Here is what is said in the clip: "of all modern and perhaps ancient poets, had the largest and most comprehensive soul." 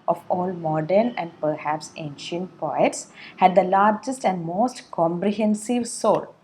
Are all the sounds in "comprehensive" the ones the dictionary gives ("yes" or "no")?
yes